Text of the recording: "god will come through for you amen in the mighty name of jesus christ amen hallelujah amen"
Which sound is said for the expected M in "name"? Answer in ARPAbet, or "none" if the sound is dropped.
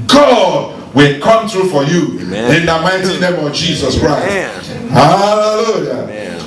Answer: M